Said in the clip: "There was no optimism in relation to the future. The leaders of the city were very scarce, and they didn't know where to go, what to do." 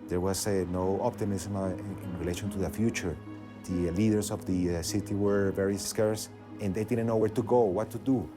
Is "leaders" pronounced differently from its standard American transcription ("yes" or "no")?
yes